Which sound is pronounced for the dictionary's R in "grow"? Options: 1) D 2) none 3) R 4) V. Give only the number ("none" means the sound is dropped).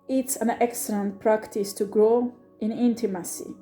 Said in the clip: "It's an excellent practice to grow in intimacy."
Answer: 3